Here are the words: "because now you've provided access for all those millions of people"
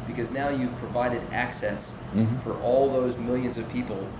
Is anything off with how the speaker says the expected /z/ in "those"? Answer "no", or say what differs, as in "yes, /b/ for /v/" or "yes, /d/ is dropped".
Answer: no